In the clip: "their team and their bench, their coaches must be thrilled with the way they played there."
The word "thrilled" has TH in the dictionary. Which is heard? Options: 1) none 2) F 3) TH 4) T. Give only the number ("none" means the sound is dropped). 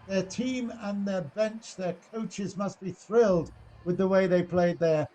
3